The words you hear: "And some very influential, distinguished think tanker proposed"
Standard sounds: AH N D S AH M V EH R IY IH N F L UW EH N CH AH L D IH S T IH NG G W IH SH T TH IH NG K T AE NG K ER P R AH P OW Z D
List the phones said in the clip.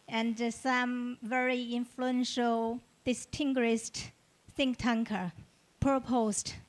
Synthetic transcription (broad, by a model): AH N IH S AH M V EH R IY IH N F L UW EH N SH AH L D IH S T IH NG G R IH S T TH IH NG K T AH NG K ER P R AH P OW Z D